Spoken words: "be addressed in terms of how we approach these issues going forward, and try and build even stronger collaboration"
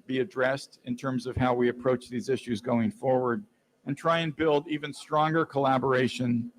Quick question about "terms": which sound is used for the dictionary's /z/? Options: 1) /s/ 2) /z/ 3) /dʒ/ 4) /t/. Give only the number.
2